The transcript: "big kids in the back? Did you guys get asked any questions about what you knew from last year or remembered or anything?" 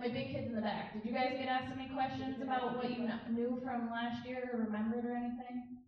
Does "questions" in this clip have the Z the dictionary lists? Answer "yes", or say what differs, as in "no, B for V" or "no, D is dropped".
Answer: yes